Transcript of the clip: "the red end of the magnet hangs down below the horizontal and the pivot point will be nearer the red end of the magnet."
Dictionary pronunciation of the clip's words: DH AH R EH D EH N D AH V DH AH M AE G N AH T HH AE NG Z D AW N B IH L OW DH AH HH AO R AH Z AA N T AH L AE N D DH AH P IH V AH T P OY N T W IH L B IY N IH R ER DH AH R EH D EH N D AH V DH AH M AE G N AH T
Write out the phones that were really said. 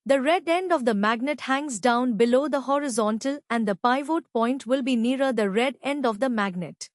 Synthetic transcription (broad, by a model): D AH R EH D EH N D AH V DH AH M AE G N AH T HH AE NG Z D AW N B IH L OW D AH HH AO R AH Z AA N T AH L AE N D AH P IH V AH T P OY N T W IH L B IY N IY R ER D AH R EH D EH N D AH V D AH M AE G N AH T